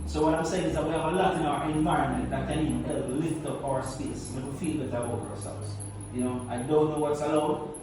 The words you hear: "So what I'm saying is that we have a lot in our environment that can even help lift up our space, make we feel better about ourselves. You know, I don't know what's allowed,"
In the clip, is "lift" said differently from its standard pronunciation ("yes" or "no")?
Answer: no